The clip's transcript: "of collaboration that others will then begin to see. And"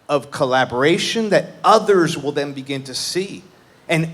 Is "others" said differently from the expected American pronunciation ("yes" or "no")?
no